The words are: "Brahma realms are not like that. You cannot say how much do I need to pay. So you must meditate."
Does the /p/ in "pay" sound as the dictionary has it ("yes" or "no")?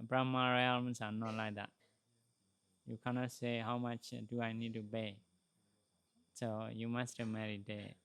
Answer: no